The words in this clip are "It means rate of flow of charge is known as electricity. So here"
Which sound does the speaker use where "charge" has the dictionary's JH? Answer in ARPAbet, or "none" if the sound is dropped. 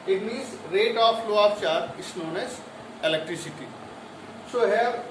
none